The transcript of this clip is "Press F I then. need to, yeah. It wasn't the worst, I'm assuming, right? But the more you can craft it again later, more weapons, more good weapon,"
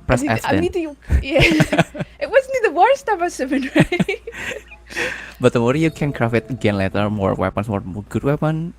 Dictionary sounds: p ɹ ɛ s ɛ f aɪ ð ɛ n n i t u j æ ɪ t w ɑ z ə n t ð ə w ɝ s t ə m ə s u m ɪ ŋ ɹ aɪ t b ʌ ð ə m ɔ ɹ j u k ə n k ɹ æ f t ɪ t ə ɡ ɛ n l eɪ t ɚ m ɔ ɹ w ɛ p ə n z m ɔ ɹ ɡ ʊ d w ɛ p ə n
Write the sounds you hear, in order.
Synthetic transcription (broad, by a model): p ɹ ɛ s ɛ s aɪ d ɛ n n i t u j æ ɪ t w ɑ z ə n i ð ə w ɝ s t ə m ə s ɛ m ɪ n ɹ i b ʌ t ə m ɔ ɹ j u k ə n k ɹ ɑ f ɪ t ə ɡ ɛ n l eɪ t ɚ m ɔ ɹ w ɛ p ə n s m ɔ ɹ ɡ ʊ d w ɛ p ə n